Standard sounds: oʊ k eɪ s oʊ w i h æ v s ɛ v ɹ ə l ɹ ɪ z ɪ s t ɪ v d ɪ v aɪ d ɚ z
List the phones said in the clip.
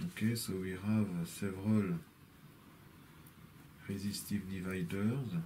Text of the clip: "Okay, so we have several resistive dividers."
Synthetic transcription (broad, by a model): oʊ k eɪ s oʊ w i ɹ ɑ v s ɛ v ɹ ə l ɹ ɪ z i s t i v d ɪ v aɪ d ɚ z